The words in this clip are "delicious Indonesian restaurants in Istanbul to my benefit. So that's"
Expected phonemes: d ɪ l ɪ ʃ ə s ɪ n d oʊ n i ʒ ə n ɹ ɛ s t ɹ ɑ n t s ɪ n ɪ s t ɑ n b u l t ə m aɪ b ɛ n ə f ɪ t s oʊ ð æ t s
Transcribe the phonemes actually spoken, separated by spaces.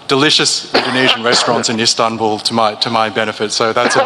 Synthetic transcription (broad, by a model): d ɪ l ɪ ʃ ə s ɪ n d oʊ n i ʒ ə n ɹ ɛ s t ɹ ɑ n t s ɪ n ɪ s t ɑ n b u l t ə m aɪ b ɛ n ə f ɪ t s oʊ ð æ t s